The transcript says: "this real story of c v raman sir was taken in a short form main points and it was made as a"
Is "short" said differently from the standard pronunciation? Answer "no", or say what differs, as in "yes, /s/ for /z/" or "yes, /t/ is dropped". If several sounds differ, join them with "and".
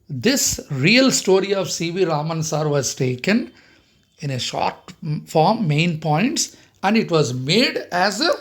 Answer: no